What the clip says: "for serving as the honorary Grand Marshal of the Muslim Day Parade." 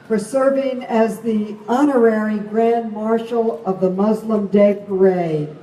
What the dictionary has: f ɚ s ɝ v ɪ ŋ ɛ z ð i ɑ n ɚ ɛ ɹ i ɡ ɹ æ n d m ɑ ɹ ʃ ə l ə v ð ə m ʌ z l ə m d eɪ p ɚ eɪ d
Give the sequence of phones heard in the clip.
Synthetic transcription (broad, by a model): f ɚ s ɝ v ɪ ŋ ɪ z ð i ɑ n ɚ ɛ ɹ i ɡ ɹ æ n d m ɑ ɹ ʃ l ə v ð ə m ʌ z l ə m d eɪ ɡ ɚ eɪ